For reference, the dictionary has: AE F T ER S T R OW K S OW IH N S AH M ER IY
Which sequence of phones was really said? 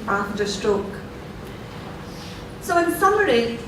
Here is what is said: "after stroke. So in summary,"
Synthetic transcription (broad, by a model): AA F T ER S T R OW K S OW IH N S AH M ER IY